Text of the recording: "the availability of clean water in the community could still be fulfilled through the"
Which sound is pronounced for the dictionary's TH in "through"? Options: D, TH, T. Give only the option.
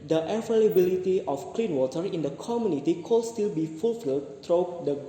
T